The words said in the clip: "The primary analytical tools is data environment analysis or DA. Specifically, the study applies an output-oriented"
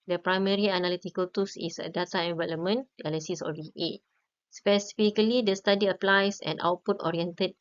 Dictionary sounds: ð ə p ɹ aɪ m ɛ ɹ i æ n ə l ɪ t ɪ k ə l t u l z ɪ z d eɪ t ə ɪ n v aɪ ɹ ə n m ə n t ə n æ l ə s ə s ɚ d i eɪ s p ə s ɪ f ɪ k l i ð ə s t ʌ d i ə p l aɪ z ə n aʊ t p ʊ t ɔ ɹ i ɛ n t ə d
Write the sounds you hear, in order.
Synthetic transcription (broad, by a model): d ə p ɹ aɪ m ɛ ɹ i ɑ n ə l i t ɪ k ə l t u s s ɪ d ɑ t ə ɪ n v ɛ l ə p m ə n ə l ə s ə s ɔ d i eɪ s p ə s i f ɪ k l i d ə s t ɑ d i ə p l aɪ s ə n aʊ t p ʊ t ɔ ɹ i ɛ n t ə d